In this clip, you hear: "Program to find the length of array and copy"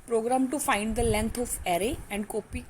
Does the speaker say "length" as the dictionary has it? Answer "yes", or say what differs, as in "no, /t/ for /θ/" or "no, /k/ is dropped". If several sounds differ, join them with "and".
no, /t/ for /θ/